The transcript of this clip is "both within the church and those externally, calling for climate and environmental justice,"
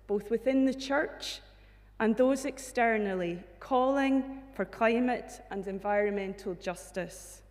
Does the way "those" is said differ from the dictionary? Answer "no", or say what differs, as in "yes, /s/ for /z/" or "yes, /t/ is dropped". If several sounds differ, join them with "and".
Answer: no